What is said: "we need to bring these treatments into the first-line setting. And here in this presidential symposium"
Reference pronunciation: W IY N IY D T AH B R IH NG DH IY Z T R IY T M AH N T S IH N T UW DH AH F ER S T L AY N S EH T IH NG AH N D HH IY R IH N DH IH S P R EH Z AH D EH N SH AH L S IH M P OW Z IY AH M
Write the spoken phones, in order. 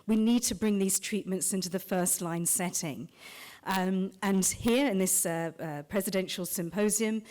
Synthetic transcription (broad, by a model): W IY N IY D T AH B R IH NG DH IY Z T R IY T M AH N T S IH N T UW DH AH F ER S T L AY N S EH T IH NG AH N HH IY R IH N DH IH S P R EH Z AH D EH N SH AH L S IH M P OW Z IY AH M